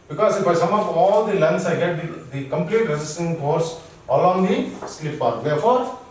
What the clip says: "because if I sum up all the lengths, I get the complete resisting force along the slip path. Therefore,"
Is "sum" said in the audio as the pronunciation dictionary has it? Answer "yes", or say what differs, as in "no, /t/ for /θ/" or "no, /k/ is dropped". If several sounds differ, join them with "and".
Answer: yes